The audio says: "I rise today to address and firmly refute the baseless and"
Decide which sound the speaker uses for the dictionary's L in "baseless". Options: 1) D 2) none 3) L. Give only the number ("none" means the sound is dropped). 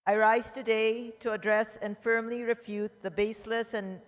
3